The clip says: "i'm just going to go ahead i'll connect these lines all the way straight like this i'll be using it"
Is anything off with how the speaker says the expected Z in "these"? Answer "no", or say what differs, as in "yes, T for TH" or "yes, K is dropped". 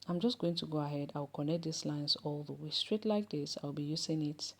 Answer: yes, S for Z